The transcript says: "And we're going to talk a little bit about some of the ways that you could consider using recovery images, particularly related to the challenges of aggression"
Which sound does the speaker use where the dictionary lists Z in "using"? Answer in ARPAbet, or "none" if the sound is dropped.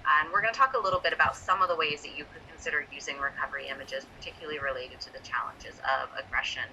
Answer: Z